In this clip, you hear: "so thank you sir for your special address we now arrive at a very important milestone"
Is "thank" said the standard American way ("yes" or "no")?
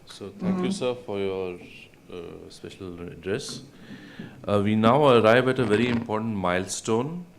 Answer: no